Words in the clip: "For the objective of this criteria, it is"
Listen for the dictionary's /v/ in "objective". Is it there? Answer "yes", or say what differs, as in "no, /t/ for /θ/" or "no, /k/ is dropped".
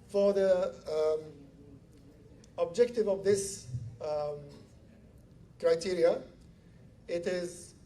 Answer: yes